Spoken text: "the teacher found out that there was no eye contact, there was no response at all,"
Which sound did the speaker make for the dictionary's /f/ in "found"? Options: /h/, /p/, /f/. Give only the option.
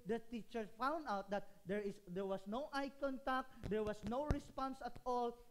/f/